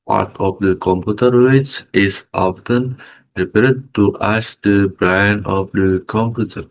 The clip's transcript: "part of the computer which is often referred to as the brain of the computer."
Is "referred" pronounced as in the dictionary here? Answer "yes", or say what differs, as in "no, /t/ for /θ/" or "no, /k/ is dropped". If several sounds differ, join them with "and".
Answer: no, /p/ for /f/